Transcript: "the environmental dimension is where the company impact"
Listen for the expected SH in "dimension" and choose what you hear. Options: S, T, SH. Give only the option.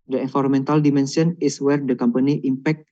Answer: S